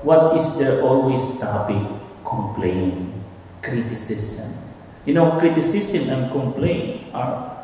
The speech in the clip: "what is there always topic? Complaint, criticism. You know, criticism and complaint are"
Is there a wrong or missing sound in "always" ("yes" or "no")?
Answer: yes